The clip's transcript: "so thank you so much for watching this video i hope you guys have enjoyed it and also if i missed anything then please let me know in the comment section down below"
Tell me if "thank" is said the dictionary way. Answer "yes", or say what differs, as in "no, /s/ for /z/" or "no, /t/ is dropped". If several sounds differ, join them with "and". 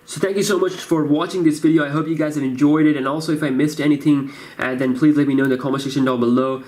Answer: yes